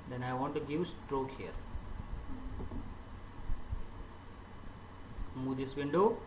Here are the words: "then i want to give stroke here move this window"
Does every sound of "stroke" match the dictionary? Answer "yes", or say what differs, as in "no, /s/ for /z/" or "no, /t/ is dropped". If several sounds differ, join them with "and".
yes